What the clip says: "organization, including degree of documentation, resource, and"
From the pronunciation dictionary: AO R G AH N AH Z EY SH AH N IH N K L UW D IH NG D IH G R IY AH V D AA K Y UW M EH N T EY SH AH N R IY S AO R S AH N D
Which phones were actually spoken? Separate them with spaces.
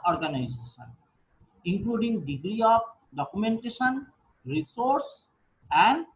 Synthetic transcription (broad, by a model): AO R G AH N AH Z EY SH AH N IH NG K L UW D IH NG D IH G R IY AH P D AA K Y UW M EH N T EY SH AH N R IY S AO R S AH N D